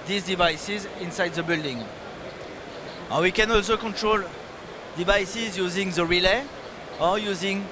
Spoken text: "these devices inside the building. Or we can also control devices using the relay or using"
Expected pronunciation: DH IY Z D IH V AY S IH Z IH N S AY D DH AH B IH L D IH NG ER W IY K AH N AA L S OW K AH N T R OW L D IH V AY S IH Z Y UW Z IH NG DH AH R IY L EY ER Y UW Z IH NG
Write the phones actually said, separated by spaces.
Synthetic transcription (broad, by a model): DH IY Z D IH V AY S IH Z IH N S AY D DH AH B IH L D IH NG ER W IY K AH N AA L S OW K AH N T R OW L D IH V AY S IH Z Y UW Z IH NG DH AH R IY L EY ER Y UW Z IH NG